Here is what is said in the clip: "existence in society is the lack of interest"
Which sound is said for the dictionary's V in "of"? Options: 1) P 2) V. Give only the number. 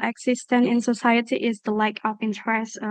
1